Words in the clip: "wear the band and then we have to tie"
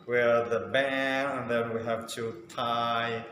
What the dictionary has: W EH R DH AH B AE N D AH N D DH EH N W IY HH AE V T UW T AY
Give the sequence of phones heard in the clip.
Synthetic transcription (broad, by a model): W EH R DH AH B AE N AH N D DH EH N W IY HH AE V T UW T AY